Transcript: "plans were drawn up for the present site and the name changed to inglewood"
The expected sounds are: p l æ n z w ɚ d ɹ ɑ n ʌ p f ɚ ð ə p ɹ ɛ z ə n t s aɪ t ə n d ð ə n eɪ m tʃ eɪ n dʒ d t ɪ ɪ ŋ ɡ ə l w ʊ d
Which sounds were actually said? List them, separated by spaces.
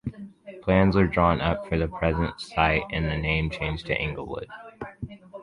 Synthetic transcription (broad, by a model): p l æ n z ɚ d ɹ ɑ n ʌ p f ɚ ð ə p ɹ ɛ z ə n t s aɪ t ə n ð ə n eɪ m tʃ eɪ n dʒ t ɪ ɪ ŋ ɡ l w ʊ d